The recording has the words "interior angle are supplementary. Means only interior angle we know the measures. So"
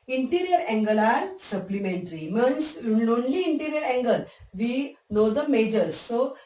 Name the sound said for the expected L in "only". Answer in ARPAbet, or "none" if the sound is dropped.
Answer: L